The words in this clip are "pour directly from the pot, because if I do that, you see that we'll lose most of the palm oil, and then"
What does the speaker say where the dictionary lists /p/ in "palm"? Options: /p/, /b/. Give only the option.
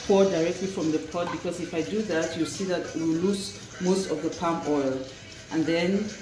/p/